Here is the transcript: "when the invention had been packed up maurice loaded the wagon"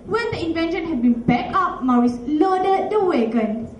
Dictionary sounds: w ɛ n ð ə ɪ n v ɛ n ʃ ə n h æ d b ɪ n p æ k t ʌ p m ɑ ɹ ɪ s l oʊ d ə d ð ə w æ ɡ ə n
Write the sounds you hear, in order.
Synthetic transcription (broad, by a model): w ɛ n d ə ɪ n v ɛ n ʃ ə n h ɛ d b ɪ n b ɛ k ʌ p m ɑ ɹ ɪ s l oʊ d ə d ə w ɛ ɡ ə n